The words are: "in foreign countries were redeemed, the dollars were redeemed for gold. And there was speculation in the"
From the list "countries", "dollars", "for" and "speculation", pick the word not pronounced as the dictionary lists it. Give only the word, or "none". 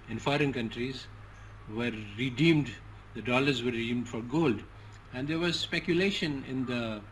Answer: none